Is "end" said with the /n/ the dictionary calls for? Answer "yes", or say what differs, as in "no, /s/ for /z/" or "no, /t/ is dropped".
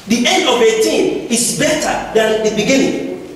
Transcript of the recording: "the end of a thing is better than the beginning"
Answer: yes